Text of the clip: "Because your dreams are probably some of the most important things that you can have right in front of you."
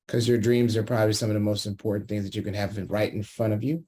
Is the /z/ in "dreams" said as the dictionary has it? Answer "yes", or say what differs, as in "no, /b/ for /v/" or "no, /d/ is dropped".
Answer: yes